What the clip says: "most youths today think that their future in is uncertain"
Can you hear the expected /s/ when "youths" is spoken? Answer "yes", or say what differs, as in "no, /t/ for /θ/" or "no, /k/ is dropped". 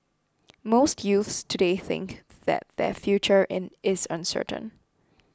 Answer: yes